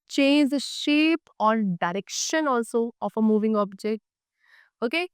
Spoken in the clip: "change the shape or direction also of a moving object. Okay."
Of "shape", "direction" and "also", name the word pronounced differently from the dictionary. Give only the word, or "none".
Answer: none